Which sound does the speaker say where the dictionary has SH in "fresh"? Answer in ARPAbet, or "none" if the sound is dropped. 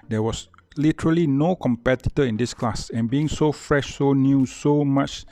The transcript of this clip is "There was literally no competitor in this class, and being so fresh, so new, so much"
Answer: SH